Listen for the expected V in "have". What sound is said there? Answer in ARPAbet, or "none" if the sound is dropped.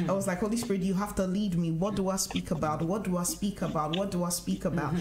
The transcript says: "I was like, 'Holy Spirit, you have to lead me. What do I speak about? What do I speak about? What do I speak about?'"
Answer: F